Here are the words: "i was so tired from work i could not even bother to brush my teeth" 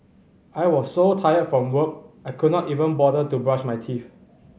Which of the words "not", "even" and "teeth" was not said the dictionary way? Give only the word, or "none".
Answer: teeth